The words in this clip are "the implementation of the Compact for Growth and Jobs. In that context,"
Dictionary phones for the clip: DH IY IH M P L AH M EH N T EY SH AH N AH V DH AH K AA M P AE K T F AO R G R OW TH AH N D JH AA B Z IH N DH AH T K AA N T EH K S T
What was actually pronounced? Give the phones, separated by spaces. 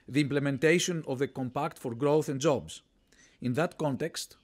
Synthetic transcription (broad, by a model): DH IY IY M P L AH M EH N T EY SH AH N AH V DH AH K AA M P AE K T F AO R G R OW TH AH N D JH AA B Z IH N DH AH T K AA N T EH K S T